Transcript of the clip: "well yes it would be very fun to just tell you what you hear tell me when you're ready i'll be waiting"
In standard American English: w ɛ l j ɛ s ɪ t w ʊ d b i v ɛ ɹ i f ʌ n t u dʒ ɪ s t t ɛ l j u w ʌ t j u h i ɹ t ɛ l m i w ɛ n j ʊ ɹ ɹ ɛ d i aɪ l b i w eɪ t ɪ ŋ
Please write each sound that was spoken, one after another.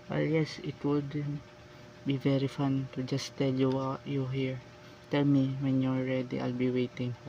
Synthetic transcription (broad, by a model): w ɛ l j ɛ s ɪ t w ʊ d b i v ɛ ɹ i f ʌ n t u dʒ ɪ s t t ɛ l j u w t j u h i ɹ t ɛ l m i w ɛ n j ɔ l ɹ ɛ d i aɪ l b i w eɪ t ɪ ŋ